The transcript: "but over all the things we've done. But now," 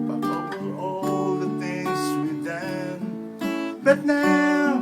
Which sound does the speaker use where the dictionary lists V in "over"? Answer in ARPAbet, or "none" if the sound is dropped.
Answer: none